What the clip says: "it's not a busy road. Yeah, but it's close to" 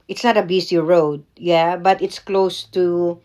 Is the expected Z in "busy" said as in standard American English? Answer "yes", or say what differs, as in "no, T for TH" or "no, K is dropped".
no, S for Z